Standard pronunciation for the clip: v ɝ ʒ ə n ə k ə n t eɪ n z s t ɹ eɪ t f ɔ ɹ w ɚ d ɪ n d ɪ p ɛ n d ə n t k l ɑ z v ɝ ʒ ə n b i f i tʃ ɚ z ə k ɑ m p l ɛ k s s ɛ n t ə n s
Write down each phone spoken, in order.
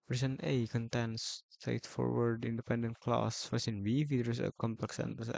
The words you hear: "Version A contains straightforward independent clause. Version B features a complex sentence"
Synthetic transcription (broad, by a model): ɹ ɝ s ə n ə k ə n t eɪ n s t ɹ eɪ t f ɔ ɹ w ɚ d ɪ n d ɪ p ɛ n d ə n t k l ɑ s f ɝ s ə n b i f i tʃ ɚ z ə k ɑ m p l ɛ k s s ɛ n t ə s